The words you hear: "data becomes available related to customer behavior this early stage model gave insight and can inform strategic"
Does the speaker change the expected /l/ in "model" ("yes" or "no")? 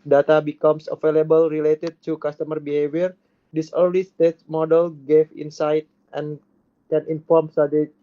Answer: no